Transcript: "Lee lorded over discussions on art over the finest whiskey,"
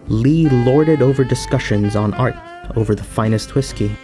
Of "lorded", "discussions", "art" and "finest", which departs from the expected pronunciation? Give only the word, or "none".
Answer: none